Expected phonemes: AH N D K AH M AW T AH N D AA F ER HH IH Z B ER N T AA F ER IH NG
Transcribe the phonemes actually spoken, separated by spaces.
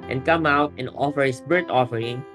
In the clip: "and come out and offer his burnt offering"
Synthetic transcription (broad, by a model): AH N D K AH M AW T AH N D AA F ER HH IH S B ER T AA F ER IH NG